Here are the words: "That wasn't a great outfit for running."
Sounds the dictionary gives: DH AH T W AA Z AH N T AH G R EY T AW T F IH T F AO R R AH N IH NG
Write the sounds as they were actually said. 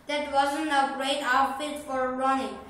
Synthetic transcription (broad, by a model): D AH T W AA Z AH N AH G R EY T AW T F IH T F AO R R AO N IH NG